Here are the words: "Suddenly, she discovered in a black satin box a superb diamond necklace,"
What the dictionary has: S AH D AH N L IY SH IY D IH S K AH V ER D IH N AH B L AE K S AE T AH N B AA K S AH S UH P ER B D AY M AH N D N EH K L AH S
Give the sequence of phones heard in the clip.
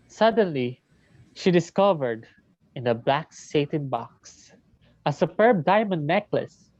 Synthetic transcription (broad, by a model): S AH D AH N L IY SH IY D IH S K AH V ER D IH N AH B L AE K S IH T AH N B AA K S AH S UH P ER B D AY M AH N D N EH K L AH S